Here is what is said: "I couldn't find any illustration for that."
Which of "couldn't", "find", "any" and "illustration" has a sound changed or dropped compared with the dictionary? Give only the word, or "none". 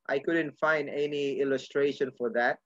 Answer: none